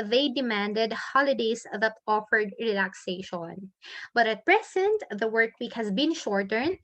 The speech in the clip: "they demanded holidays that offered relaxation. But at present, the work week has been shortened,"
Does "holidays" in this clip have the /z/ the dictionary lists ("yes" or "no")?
no